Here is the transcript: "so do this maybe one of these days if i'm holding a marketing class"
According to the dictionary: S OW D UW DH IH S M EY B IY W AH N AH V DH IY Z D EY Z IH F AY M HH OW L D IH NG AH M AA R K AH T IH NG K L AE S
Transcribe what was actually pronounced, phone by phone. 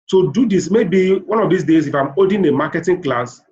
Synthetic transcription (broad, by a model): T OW D UW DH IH S M EY B IY W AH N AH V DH IY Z D EY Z IH F AY M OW D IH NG AH M AA K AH T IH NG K L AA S